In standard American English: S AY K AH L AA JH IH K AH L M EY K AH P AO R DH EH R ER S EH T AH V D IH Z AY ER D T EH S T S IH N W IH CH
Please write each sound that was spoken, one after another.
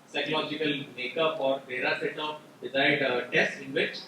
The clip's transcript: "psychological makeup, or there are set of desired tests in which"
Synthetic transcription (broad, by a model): S AY K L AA JH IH K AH L M EY K AH P AO R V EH R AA S EH T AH P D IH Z AY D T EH S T IH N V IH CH